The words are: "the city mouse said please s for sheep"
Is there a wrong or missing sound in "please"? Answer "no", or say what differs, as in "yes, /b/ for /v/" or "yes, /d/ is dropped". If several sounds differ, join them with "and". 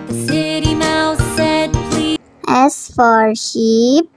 yes, /z/ is dropped